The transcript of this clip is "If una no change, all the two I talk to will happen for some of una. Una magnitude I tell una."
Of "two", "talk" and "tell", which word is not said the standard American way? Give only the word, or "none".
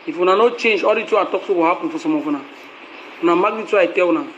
tell